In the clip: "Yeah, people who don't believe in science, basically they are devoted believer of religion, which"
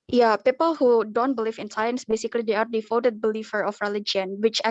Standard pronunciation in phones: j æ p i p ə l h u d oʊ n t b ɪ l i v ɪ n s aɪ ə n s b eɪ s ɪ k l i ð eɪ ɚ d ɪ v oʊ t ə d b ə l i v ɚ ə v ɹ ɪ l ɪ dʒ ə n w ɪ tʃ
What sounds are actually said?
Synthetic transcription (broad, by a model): j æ p i p ə l h u d oʊ n t b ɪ l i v ɪ n s aɪ ə n s b eɪ s ɪ k l i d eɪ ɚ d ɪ f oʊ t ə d b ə l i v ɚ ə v ɹ ɪ l ɪ dʒ ə n w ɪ tʃ